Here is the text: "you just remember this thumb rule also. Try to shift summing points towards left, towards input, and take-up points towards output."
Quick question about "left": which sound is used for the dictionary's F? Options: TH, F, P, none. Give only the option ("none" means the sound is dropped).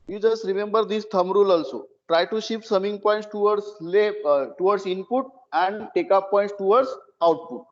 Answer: none